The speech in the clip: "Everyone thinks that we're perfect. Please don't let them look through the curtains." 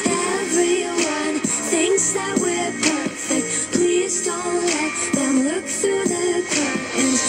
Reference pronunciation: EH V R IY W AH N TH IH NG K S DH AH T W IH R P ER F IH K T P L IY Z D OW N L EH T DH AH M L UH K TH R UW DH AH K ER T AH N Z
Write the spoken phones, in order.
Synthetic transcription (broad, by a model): EH V R IY W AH N TH IH NG K S DH AH T W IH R P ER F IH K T P L IY Z D OW N L EH T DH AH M L UH K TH R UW DH AH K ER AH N